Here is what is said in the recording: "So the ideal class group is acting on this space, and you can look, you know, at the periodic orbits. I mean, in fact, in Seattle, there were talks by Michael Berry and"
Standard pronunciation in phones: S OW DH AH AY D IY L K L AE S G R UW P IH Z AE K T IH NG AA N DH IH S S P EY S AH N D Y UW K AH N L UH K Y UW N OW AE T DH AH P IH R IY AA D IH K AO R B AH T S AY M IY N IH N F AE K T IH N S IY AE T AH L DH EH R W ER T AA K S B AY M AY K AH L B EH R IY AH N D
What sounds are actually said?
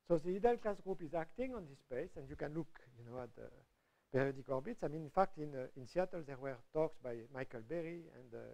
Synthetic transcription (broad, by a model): S OW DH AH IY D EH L K L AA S G R UW P IH Z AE K T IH NG AA N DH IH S S P EY S AH N D Y UW K AH N L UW K Y UW N OW AE T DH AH P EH R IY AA D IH K AO R B AH T S AY M IY N IH N F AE K T IH N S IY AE T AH L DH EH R W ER T AA K S B AY M AY K AH L B EH R IY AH N D